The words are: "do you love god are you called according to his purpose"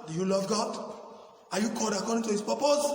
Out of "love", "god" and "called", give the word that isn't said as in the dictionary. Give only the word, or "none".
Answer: called